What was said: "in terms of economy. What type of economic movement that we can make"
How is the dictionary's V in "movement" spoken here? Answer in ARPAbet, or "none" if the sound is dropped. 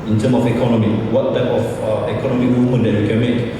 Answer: none